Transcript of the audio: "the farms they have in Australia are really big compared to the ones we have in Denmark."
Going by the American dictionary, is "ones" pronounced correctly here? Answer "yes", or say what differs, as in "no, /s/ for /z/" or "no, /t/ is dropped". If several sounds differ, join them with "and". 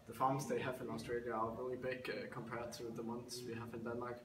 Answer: no, /s/ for /z/